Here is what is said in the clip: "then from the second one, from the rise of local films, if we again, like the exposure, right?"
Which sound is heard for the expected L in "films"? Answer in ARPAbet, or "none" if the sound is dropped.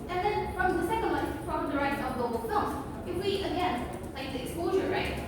none